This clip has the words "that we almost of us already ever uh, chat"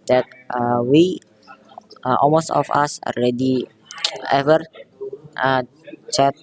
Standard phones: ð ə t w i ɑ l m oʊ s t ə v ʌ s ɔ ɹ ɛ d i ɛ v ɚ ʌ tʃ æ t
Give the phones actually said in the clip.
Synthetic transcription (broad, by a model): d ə t w i ɑ l m oʊ s t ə f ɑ s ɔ l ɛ d i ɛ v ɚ ʌ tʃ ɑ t